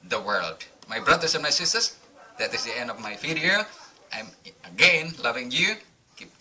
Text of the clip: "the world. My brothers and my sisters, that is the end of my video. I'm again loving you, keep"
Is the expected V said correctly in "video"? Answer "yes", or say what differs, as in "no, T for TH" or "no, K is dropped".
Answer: no, F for V